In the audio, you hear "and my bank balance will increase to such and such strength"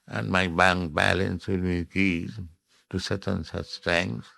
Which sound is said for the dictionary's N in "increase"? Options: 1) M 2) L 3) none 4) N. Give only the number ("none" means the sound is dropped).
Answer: 3